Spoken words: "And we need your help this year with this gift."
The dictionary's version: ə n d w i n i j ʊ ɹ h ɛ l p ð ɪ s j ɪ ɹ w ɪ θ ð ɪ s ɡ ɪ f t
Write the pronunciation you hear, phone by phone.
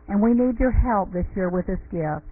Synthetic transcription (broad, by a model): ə n w i n i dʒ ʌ ɹ h ɛ l p ð ɪ s j ɪ ɹ w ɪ ð ɪ s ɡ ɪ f